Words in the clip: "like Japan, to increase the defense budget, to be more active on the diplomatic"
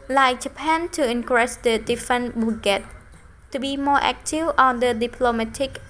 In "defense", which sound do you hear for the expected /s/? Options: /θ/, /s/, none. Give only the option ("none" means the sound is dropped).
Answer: none